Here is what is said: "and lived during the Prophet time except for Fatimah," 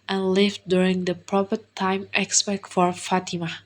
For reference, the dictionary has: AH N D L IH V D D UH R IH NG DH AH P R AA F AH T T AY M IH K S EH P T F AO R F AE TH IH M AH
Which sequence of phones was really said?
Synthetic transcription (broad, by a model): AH N L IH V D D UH R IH NG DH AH P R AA P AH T T AY M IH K S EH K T F AO R F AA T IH M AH